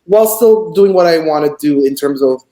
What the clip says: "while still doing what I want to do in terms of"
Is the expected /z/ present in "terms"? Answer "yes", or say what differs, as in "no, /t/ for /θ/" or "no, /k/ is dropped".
yes